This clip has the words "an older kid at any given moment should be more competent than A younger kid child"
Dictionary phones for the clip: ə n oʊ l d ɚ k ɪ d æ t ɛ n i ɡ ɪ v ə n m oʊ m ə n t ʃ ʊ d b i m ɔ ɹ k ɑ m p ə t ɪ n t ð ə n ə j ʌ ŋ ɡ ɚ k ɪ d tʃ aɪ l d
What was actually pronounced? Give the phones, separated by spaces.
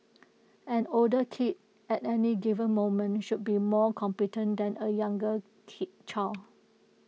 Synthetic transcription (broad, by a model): ə n oʊ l d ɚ k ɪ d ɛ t ɛ n i ɡ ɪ v ə n m oʊ m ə n ʃ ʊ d b i m ɔ k ɑ m p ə t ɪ n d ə n ə j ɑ ŋ ɡ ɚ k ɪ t tʃ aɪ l